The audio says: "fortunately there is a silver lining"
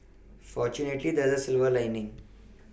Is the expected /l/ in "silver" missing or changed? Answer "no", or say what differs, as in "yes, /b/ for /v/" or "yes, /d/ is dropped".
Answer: no